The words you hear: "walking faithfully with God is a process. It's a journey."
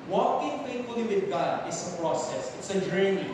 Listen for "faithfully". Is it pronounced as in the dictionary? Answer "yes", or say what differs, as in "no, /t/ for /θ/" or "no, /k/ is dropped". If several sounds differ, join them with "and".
no, /t/ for /θ/